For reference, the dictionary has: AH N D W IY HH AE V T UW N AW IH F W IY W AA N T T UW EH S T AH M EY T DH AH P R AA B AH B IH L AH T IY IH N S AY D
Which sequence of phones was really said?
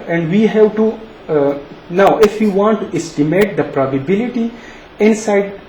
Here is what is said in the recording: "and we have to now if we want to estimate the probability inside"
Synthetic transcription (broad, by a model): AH N D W IY HH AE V T UW N AW IH F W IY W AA N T T UW EH S T AH M EY T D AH P R AA B AH B IH L AH T IY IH N S AY D